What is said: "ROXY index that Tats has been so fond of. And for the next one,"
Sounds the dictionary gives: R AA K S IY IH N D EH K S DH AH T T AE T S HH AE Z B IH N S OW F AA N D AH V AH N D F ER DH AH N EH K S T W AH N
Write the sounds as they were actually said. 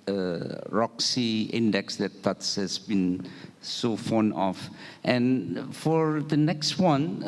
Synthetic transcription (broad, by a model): R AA K S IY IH N D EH K S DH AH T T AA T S HH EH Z B IH N S OW F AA N AH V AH N F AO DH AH N EH K S T W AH N